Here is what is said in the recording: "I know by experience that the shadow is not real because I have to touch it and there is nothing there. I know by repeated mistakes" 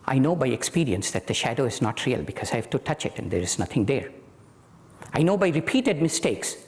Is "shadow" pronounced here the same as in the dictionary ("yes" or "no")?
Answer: yes